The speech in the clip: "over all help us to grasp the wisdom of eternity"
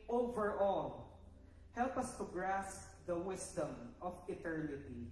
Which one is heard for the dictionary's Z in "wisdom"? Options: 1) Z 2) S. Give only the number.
2